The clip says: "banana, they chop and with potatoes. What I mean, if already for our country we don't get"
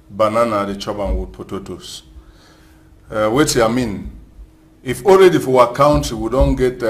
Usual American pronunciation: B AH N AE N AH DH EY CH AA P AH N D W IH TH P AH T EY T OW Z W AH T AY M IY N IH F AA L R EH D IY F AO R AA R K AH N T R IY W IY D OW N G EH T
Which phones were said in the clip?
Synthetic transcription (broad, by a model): B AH N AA N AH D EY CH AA B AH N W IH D P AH T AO T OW S W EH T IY M IY N IH F AA L R EH D IY F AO W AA K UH N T IY W IY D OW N G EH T